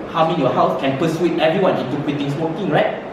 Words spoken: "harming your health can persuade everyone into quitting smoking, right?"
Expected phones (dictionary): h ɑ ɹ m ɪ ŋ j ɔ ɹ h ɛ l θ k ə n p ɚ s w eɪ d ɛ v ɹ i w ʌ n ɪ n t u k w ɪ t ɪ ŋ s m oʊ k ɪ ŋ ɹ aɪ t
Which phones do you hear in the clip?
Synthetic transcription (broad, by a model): h ɑ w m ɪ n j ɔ h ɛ w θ k ə n p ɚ s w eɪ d ɛ v ɹ i w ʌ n ɪ n t u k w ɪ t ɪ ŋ s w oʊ k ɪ ŋ ɹ aɪ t